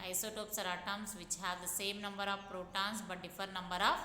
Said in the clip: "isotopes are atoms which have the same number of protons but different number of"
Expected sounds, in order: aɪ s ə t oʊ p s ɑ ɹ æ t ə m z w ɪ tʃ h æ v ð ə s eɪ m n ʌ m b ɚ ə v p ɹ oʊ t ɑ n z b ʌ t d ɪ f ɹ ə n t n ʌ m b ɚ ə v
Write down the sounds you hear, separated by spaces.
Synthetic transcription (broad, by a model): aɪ s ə t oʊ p s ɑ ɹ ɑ t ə m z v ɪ tʃ h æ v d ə s eɪ m n ʌ m b ɚ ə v p ɹ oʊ t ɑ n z b ʌ t d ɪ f ə t n ʌ m b ɚ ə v